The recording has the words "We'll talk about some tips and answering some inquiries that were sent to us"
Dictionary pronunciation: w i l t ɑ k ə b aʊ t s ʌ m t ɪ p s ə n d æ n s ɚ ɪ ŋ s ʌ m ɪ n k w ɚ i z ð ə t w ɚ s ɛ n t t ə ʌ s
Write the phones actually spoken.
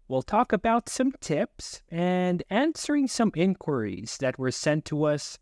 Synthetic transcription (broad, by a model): w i l t ɑ k ə b aʊ t s ʌ m t ɪ p s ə n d æ n s ɚ ɪ ŋ s ʌ m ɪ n k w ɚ i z ð ə t w ɚ s ɛ n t t ə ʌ s